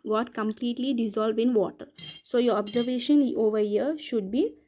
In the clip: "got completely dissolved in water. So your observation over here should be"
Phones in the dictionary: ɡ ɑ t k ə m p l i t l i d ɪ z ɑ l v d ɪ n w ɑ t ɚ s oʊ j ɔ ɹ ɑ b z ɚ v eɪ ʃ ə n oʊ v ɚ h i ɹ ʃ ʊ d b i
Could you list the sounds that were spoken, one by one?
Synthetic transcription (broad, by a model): ɡ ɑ t k ə m p l i t l i d ɪ z ɑ l v d ɪ n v ɑ t ɚ s oʊ j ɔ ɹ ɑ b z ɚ v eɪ ʃ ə n oʊ v ɚ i ɹ ʃ ʊ d b i